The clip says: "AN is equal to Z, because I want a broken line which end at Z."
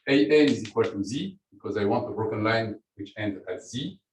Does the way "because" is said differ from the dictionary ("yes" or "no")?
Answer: no